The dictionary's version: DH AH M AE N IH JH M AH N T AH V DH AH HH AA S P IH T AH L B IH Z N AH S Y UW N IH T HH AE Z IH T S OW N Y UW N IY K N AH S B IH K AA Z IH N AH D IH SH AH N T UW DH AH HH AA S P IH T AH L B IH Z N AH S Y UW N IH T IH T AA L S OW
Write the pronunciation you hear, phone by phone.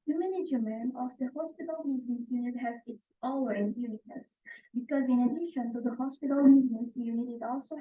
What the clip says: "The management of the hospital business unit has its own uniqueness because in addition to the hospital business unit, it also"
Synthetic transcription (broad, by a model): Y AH M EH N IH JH M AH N AH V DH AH HH AA S P IH T AH L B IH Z N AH S Y UW N IH T HH AE Z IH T S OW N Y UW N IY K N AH S B IH K AA Z IH N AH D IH SH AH N T UW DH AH HH AA S P IH T AH L B IH Z N AH S Y UW N IH T IH T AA L S OW